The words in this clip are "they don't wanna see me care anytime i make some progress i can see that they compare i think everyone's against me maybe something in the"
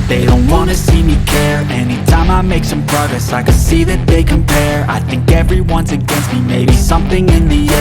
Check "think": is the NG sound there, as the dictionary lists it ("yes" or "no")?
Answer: yes